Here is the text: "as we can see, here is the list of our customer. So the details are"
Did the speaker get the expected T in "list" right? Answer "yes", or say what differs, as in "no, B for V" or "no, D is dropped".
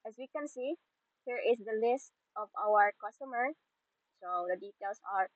yes